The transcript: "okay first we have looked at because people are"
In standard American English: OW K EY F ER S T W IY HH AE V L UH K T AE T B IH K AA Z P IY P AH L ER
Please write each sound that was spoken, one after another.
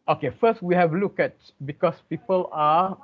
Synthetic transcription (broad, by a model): OW K EY F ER S T W IY HH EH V L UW K EH T B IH K AA S P IY P AH L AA